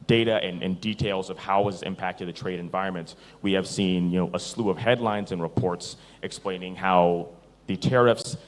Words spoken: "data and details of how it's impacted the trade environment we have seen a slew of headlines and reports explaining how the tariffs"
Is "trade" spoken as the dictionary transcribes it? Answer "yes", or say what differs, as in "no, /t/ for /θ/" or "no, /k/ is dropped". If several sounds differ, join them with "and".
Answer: yes